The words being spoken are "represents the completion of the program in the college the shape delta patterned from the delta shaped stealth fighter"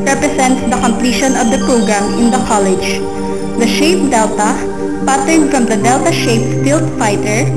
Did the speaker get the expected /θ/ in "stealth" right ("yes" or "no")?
no